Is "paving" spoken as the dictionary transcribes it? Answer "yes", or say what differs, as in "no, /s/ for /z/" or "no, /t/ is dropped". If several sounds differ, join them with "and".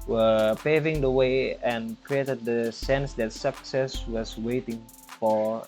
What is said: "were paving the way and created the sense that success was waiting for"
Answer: yes